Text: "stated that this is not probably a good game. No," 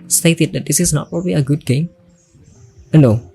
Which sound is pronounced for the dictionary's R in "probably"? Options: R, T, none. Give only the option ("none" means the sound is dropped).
R